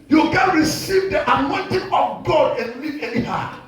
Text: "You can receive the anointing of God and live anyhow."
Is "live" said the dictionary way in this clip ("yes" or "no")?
no